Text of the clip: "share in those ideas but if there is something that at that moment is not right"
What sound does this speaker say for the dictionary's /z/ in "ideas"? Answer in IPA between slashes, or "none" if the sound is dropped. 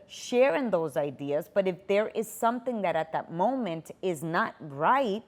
/z/